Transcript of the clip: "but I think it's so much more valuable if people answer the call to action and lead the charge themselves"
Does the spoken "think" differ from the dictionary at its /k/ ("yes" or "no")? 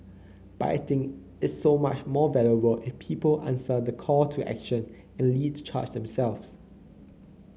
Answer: yes